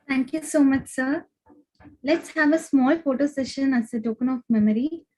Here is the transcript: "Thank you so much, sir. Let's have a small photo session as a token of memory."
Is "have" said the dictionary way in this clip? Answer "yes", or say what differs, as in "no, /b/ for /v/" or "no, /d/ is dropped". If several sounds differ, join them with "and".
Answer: yes